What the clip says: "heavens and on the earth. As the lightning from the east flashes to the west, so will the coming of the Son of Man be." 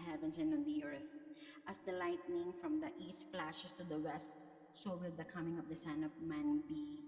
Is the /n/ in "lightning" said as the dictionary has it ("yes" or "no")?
yes